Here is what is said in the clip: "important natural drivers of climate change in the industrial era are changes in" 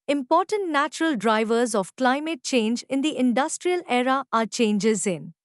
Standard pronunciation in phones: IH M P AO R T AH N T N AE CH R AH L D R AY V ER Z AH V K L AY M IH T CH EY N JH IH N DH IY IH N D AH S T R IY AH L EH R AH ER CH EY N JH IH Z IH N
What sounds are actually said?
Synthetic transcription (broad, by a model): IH M P AO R T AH N T N AE CH R AH L D R AY V ER Z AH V K L AY M IH T CH EY N JH IH N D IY IH N D AH S T R IY AH L EH R AH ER CH EY N JH IH Z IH N